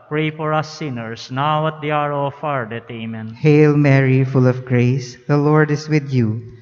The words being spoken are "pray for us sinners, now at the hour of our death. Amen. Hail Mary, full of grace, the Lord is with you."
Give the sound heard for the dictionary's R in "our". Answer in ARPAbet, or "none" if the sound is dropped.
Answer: R